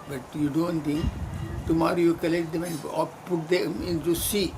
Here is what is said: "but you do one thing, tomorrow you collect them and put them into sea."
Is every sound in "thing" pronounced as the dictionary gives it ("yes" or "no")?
no